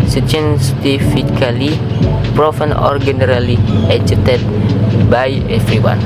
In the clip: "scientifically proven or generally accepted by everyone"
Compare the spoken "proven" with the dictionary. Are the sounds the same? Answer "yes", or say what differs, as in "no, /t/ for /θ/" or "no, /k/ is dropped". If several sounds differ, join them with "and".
no, /f/ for /v/